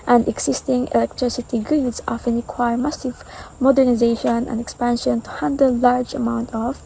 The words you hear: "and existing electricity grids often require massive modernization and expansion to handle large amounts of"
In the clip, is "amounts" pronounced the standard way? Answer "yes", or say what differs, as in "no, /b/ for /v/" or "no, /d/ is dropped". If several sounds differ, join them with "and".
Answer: no, /s/ is dropped